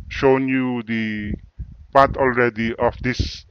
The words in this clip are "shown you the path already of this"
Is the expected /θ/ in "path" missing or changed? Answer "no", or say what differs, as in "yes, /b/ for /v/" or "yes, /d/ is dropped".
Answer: yes, /t/ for /θ/